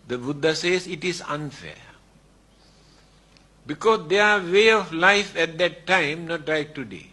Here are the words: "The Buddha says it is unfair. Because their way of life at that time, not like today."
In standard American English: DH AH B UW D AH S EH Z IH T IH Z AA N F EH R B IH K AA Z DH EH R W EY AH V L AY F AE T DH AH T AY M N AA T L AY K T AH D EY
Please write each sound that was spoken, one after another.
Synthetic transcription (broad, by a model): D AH B UW D AH S EH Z IH T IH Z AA N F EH B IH K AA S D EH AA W EY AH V L AY F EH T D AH T AY M N AA T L AY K T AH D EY